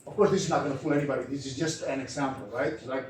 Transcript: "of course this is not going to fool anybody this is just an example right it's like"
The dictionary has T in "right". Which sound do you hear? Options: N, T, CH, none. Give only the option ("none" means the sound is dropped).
none